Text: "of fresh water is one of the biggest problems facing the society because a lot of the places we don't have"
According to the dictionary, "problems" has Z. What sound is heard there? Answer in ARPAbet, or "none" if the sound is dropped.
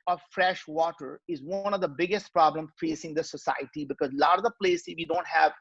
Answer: none